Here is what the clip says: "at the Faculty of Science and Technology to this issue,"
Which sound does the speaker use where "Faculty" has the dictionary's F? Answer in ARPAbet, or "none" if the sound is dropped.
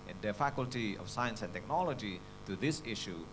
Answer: F